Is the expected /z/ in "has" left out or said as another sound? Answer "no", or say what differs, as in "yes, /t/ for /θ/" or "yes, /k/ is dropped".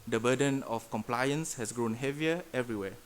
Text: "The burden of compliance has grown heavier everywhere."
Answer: yes, /s/ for /z/